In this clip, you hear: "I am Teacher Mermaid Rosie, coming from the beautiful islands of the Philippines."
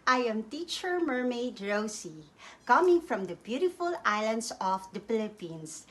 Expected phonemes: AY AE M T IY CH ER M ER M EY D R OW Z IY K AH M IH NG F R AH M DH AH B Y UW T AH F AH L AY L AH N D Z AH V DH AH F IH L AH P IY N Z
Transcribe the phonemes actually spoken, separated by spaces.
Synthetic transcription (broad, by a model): AY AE M T IY CH ER M ER M EY D R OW S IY K AH M IH NG F R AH M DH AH B Y UW T AH F AH L AY L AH N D S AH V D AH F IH L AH P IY N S